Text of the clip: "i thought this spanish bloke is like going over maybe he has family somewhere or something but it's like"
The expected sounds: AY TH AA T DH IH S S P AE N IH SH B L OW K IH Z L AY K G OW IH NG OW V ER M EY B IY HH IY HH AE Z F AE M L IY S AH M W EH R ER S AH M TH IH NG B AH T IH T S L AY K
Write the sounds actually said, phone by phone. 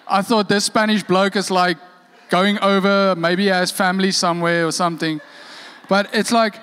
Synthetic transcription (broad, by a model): AY TH AA T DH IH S S P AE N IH SH B L OW K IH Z L AY K G OW IH NG OW V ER M EY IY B IY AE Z F AE M L IY S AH M W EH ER S AH M TH IH NG B AH T IH T S L AY K